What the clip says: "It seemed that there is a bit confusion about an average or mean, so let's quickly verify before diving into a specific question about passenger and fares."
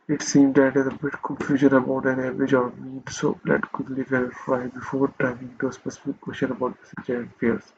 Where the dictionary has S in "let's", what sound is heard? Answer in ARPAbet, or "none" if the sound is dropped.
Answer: none